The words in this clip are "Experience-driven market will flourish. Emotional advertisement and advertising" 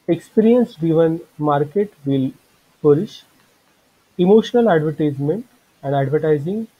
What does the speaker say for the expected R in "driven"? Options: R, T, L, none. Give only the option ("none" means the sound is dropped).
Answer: none